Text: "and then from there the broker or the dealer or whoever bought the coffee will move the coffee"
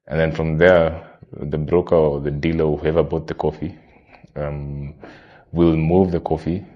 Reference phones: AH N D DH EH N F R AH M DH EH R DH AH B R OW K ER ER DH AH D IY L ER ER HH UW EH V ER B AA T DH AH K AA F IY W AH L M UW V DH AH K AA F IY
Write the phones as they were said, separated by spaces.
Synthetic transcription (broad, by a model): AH N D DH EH N F R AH M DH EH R DH AH B R OW K ER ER DH AH D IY L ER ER HH UW EH V ER B AA T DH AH K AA F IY W AH L M UW V DH AH K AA F IY